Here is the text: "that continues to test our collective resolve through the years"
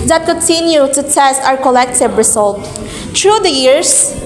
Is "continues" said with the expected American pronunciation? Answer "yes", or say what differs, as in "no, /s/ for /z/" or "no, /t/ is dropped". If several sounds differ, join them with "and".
no, /z/ is dropped